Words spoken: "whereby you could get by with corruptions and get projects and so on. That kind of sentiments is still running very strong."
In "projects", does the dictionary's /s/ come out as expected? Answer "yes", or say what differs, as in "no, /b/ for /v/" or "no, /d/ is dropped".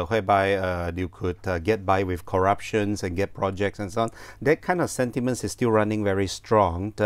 yes